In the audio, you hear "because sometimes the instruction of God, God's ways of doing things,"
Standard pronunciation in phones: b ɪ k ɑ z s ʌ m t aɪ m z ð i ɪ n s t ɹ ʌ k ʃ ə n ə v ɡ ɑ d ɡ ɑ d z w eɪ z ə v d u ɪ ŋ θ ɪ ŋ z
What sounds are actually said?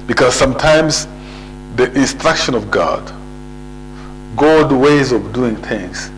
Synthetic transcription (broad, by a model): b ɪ k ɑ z s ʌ m t aɪ m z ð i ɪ n s t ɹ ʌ k ʃ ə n ə v ɡ ɑ d ɡ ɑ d w eɪ z ə v d u ɪ ŋ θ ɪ ŋ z